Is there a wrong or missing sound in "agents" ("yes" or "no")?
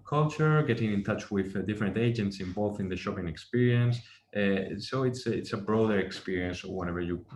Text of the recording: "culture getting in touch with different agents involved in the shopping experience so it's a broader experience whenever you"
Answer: no